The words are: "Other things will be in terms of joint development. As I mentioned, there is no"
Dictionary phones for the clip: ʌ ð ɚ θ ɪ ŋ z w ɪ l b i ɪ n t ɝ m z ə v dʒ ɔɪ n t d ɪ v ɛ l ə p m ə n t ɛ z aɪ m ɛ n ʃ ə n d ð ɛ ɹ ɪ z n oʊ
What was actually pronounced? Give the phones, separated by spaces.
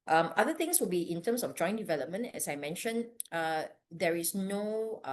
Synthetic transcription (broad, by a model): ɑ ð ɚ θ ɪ ŋ s w ɪ l b i ɪ n t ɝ m s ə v dʒ ɔɪ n d ɪ v ɛ l ə p m ə n t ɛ s aɪ m ɛ n ʃ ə n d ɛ ɹ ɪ s n oʊ